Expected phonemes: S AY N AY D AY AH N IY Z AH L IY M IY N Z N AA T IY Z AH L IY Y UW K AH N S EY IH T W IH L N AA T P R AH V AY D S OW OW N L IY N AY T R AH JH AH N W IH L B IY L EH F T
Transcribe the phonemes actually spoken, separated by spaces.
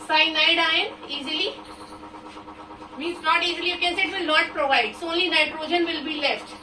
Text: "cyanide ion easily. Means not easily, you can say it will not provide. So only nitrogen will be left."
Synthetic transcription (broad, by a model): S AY N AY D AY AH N IY Z AH L IY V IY Z N AA T IY Z AH L IY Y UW K AH N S IH T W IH L N AA T P R AH V AY D S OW OW N L IY N AY T R AH JH AH N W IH L B IY L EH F T